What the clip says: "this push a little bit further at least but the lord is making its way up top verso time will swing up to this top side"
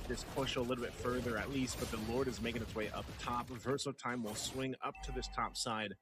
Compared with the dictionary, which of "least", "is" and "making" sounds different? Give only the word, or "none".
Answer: none